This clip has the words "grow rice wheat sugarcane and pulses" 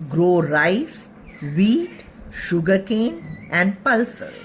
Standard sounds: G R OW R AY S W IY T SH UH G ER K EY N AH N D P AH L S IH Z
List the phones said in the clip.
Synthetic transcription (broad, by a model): G R OW R AY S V IY T SH UH G ER K EY N AH N D P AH L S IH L